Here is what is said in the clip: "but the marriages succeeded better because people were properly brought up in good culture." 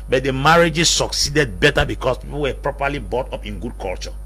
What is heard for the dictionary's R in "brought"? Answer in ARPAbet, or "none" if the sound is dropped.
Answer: none